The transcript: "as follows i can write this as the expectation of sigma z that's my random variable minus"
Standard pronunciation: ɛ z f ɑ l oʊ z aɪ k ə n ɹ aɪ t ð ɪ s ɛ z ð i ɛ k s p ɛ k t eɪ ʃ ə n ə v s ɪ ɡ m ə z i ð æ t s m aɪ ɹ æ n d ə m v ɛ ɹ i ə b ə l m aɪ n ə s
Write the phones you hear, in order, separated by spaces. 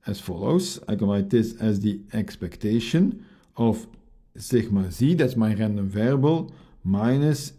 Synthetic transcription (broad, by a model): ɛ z f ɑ l oʊ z aɪ k ə n l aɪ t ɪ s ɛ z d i ɛ k s p ɛ k t eɪ ʃ ə n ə f s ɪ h m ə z i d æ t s m aɪ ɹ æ n d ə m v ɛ ɹ b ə l m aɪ n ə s